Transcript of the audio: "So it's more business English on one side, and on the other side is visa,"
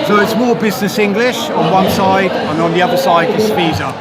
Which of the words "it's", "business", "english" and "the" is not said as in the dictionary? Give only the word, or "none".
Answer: none